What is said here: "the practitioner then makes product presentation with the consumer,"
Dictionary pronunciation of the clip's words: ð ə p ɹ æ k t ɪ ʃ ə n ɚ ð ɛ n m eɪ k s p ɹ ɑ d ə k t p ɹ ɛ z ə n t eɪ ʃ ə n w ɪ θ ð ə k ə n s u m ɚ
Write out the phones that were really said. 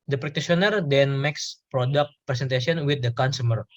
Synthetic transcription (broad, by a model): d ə p ɹ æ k t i s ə n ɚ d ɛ n m eɪ k s p ɹ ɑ d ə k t p ɹ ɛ s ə n t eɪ s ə n w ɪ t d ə k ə n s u m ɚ